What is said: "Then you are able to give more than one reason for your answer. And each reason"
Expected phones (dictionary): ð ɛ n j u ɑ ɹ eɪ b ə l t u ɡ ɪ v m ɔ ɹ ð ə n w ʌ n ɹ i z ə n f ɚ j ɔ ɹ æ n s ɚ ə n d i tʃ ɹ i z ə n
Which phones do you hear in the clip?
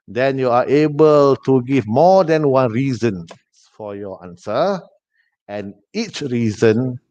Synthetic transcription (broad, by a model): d ɛ n j u ɑ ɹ eɪ b ə l t u ɡ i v m ɔ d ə n w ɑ n ɹ i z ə n f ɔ j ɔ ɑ n s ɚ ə n i tʃ ɹ i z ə n